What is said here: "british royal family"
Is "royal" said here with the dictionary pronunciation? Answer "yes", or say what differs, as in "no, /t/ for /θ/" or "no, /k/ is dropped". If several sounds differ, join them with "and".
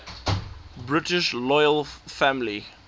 no, /l/ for /ɹ/